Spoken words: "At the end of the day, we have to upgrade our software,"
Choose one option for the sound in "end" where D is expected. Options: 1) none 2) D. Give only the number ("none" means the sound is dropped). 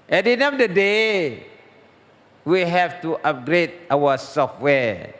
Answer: 1